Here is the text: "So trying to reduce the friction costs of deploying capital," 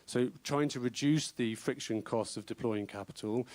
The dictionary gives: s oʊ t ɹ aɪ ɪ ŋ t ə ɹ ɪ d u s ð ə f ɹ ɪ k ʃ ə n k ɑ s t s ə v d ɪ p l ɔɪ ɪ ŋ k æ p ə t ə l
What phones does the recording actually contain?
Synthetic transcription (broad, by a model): s oʊ t ɹ aɪ ɪ ŋ t ə ɹ ɪ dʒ u s ð ə f ɹ ɪ k ʃ ə n k ɑ s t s ə v d ɪ p l ɔɪ ɪ ŋ k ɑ p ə t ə l